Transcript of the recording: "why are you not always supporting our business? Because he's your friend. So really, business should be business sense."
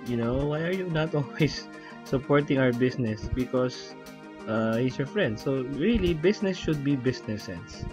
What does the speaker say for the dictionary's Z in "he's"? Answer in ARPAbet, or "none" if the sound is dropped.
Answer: S